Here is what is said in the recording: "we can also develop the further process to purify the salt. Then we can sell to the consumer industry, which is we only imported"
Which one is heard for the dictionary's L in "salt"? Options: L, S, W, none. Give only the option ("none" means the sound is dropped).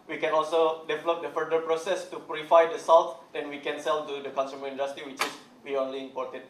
W